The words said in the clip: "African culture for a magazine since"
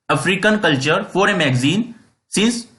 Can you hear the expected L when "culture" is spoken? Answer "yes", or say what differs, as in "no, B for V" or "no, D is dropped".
yes